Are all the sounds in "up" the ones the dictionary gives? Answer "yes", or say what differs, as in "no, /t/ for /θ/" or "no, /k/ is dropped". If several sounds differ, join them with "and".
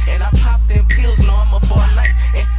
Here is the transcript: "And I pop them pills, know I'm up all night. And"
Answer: no, /f/ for /p/